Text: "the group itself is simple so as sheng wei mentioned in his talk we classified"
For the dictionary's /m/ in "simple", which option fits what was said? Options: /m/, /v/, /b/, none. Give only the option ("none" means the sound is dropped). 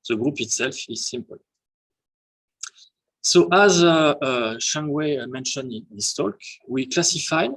/m/